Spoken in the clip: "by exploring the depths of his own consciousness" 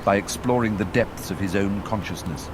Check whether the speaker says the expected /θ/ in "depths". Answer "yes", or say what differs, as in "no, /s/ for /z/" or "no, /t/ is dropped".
yes